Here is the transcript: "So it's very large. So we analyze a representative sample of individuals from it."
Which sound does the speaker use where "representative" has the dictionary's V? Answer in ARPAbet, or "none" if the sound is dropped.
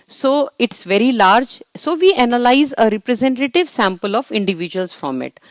V